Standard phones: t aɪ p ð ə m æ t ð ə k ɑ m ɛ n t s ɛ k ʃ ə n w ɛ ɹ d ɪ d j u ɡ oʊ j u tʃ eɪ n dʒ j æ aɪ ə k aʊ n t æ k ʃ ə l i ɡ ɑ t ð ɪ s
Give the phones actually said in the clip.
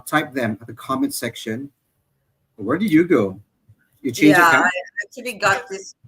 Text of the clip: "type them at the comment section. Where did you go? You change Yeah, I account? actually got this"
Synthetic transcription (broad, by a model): t aɪ p ð ə m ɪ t ð ə k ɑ m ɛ n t s ɛ k ʃ ə n w ɛ ɹ d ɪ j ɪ ɡ oʊ j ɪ tʃ eɪ dʒ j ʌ aɪ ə ɪ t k ə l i ɡ ɑ t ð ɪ s